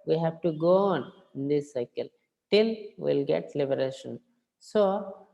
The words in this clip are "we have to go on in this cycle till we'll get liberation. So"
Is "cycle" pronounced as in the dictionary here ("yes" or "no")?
yes